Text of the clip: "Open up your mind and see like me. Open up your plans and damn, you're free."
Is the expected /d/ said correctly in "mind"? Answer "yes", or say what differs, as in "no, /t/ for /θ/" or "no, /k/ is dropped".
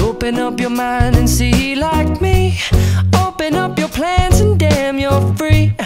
yes